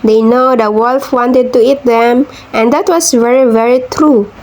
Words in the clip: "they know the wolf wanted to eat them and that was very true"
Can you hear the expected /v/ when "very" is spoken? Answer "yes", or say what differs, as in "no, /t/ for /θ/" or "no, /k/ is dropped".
yes